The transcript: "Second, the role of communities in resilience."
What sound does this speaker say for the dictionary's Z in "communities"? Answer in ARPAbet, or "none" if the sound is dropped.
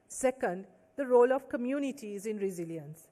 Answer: Z